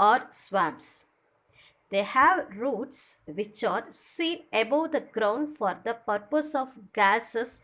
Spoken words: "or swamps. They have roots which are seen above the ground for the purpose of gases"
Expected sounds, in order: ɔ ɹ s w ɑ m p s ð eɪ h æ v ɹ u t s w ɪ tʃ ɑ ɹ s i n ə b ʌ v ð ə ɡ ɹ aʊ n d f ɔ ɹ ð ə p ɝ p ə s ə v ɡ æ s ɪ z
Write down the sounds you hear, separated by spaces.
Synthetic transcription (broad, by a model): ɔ ɹ s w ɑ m s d eɪ h æ v ɹ u t s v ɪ tʃ ɑ ɹ s i n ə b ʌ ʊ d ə ɡ ɹ aʊ n d f ɔ ɹ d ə p ɝ p ə s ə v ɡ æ s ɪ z